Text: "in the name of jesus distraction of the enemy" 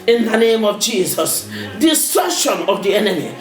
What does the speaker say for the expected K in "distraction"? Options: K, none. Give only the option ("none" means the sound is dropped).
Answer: none